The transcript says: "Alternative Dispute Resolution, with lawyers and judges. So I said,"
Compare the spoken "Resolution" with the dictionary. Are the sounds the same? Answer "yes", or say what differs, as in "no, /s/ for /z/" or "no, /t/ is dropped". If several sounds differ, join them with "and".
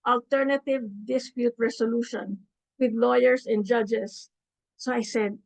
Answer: no, /s/ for /z/